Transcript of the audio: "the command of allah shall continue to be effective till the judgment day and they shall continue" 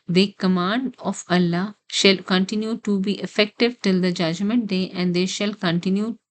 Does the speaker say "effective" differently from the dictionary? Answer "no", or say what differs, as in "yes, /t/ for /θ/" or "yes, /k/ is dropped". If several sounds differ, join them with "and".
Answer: no